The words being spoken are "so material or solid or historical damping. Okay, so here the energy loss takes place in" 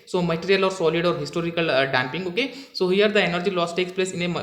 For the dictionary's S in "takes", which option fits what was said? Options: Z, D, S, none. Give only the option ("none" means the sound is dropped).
S